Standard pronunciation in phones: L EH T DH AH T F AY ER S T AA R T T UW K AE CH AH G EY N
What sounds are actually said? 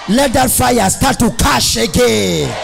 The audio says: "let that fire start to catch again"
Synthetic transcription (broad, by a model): L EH T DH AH T F AY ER S T AA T T UW K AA SH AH G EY N